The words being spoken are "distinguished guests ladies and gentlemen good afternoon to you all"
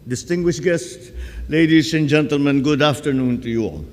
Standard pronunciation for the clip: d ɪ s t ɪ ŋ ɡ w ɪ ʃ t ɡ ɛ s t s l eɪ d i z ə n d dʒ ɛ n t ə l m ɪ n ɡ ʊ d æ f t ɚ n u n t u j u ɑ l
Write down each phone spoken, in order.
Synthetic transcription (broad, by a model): d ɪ s t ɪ ŋ ɡ w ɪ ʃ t ɡ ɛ s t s l eɪ d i s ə n dʒ ɛ n t ə l m ɪ n ɡ ʊ d æ f t ɚ n u n t u j u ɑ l